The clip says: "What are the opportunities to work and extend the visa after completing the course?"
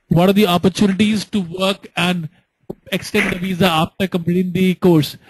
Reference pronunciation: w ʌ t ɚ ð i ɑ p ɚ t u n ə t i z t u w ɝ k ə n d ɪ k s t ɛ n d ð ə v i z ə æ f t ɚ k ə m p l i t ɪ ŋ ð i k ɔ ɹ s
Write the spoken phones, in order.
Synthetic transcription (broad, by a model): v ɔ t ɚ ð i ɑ p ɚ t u n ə t i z t u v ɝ k ə n d ɪ k s t ɛ n d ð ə v i z ə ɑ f t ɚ k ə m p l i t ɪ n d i k ɔ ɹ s